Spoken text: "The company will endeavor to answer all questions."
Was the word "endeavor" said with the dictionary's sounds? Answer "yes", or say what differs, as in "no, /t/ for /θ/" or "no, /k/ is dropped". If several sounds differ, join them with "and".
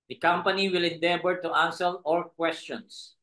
no, /b/ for /v/